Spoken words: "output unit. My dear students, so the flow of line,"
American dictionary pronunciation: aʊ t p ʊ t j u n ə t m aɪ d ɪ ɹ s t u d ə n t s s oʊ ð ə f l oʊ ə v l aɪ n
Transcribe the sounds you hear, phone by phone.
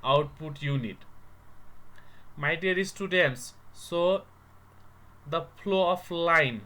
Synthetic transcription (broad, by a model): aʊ t p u t j u n ə t m aɪ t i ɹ s t u d ə n t s s oʊ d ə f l oʊ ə p l aɪ n